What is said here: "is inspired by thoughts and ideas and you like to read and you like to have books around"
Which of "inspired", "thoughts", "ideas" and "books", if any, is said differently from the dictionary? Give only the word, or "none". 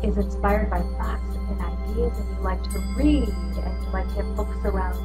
thoughts